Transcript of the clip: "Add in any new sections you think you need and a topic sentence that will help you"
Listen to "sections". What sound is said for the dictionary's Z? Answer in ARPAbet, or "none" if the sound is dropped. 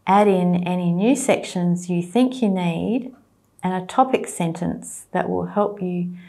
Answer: Z